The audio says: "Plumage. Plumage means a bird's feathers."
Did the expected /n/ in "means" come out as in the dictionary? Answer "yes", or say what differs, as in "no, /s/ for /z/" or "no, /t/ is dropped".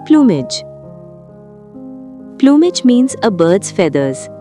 yes